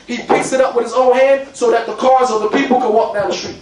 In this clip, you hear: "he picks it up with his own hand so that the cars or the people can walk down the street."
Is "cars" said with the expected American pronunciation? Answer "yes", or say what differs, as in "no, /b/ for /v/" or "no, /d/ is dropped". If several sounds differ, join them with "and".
yes